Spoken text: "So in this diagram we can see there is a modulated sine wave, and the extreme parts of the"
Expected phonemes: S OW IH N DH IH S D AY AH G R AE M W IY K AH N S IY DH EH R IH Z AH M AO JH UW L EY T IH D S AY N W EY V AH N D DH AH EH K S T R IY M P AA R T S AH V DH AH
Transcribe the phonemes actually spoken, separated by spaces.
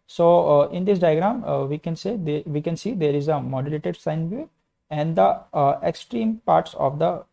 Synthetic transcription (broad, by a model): S OW IH N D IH S D AY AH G R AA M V IY K AH N S IY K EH R IH Z AH M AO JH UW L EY T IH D S AY N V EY AH N D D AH EH K S T R IY M P AA R T S AH V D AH